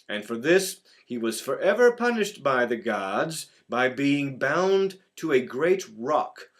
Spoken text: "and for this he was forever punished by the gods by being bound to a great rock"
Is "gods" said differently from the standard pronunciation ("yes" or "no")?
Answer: no